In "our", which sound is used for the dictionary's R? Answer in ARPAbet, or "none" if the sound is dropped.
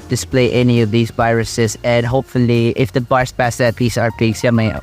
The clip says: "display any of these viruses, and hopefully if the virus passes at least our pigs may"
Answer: R